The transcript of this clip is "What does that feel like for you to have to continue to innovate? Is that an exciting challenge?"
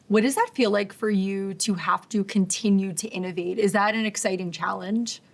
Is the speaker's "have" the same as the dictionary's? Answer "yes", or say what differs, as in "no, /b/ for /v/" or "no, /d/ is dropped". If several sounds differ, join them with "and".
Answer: no, /f/ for /v/